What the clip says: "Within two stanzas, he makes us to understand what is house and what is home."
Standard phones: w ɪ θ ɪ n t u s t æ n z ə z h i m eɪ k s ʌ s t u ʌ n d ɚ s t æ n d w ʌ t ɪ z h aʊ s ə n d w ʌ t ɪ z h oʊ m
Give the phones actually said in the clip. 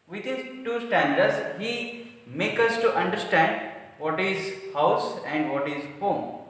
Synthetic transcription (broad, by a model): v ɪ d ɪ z t u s t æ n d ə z h i m eɪ k ʌ s t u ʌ n d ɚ s t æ n d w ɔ t ɪ z h aʊ s ə n d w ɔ t ɪ z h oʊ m